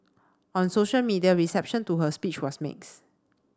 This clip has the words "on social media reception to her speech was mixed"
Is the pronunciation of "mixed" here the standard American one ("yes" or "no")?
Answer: no